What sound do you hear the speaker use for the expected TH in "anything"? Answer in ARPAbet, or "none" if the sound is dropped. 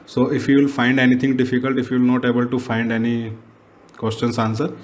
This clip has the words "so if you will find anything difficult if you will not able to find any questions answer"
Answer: T